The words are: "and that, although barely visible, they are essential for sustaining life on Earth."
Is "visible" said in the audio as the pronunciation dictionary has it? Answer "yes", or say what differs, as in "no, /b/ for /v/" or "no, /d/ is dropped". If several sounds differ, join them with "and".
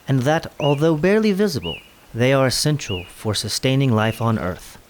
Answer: yes